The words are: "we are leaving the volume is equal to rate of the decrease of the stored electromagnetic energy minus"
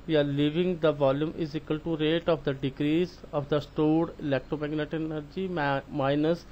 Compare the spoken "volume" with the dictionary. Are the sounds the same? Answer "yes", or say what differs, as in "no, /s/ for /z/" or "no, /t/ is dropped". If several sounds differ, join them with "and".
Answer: yes